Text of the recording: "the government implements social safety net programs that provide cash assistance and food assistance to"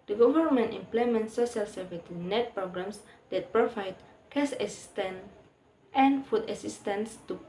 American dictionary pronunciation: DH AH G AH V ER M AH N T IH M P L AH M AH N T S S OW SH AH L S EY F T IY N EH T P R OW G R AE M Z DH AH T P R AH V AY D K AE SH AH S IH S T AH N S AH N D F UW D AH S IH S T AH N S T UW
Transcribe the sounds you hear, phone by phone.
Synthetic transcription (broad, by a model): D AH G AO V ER M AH N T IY M P L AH M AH N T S S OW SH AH L S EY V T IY N EH T P R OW G R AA M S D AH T P R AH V AY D K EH S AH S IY S T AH N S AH N F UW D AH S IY S T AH N S T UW